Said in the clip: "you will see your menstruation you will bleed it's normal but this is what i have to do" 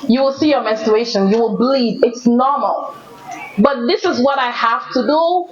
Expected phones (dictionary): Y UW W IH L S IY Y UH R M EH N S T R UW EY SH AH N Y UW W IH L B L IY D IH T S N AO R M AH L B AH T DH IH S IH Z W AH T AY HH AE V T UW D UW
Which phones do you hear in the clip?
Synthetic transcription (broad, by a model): Y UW W IH L S IY Y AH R M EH N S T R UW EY SH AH N Y UW W IH L B L IY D IH T S N AO R M AH L B AH T DH IH S IH Z W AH T AY HH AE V T UW D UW